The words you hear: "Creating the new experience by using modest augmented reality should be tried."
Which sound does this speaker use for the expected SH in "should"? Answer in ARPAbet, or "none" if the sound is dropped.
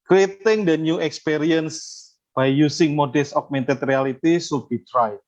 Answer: S